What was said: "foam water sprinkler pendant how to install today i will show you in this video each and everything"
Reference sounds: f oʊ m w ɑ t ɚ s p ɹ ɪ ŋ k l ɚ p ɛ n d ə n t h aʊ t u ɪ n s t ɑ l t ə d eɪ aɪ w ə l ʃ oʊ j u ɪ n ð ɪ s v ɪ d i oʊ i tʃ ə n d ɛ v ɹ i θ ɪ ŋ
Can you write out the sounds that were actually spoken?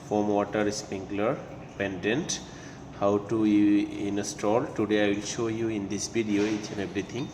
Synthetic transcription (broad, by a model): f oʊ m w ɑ t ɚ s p ɪ ŋ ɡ l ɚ p ɛ n d ə n t h aʊ t u ɪ n s t ɑ l t ə d eɪ aɪ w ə l ʃ oʊ j u ɪ n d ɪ s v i d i oʊ i tʃ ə n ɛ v ɹ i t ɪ ŋ